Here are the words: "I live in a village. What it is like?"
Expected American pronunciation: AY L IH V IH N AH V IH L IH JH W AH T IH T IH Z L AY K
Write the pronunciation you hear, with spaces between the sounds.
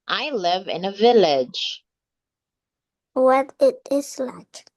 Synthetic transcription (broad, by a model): AY L IH V IH N AH V IH L IH JH W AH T IH T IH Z L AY K